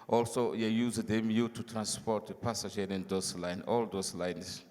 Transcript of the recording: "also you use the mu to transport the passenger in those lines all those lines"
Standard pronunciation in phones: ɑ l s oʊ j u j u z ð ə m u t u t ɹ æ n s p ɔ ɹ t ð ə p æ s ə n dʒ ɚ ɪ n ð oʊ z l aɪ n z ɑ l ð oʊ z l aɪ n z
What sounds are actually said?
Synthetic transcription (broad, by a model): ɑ l s oʊ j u j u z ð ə m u t u t ɹ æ n s p ɔ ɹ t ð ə p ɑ s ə dʒ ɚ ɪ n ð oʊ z l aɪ n ɑ l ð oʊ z l aɪ n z